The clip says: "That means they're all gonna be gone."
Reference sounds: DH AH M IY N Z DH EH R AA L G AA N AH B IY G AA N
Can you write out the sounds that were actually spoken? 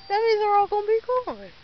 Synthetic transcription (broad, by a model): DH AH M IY Z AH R AA L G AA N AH B IY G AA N